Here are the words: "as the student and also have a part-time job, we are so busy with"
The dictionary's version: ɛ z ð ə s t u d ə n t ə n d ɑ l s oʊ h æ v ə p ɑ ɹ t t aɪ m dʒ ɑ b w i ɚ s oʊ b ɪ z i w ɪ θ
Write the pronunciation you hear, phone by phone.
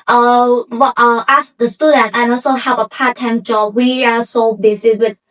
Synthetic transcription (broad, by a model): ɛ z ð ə s t u d ə n t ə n ɑ l s oʊ h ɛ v ə p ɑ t t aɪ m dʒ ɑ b w i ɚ s oʊ b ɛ s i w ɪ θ